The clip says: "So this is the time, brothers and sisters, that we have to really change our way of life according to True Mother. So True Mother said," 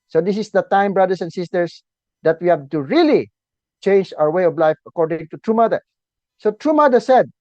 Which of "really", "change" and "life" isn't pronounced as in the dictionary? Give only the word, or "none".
none